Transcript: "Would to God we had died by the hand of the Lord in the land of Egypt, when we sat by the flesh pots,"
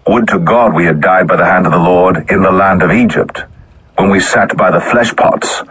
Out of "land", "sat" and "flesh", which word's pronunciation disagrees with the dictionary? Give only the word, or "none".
none